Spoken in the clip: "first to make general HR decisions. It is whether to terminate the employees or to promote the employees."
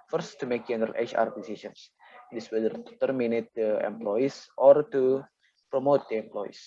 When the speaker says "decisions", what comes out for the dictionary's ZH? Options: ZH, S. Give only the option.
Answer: S